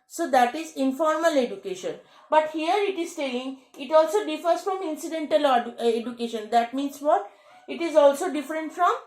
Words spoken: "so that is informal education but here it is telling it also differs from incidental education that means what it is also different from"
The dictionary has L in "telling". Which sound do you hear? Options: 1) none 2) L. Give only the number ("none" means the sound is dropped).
1